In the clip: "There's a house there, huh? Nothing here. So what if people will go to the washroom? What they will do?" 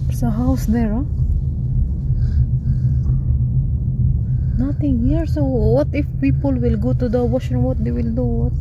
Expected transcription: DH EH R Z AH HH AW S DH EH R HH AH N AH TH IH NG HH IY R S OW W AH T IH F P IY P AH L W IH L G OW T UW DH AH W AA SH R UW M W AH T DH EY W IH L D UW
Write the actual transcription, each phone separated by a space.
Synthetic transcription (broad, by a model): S AH HH AW S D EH R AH N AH T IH NG HH IY R S OW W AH T IH F P IY P AH L W IH L G OW T UW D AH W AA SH EH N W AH T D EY W IH L D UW